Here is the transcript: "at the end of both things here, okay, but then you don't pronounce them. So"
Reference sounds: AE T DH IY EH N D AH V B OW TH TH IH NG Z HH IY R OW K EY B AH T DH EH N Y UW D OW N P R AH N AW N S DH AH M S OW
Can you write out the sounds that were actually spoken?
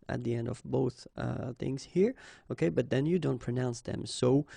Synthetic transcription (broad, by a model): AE T DH IY EH N D AH V B OW TH TH IH NG Z HH IY R OW K EY B AH T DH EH N Y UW D OW N P R AH N AW N S DH AH M S OW